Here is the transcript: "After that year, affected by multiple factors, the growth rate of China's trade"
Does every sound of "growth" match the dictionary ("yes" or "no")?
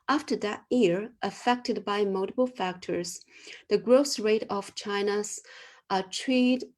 no